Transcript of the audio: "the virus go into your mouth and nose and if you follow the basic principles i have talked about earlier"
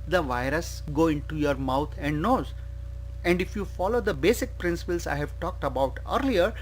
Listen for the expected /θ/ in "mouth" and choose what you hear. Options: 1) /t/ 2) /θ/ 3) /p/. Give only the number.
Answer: 1